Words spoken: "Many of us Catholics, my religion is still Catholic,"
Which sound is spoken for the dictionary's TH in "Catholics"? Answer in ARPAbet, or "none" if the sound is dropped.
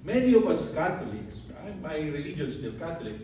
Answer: T